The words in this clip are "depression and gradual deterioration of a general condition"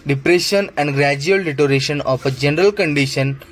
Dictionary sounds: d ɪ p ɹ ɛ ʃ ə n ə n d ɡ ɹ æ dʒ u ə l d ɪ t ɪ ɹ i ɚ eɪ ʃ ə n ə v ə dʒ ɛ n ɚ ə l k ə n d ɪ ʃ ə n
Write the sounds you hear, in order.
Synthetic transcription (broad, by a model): d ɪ p ɹ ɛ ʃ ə n ə n d ɡ ɹ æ dʒ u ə l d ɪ t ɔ ɹ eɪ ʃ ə n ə p ə dʒ ɛ n ɚ ə l k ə n d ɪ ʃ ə n